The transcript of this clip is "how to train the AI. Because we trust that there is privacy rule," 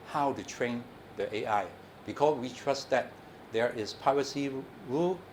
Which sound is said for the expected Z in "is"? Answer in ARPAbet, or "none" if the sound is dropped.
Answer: S